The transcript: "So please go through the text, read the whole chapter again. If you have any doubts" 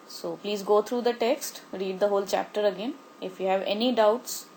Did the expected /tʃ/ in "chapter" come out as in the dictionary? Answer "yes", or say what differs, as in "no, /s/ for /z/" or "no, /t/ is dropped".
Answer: yes